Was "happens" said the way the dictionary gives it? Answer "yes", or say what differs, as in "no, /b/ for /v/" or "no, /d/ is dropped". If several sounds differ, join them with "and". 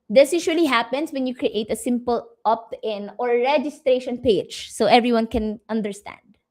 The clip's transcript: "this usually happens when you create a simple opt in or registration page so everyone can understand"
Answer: no, /s/ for /z/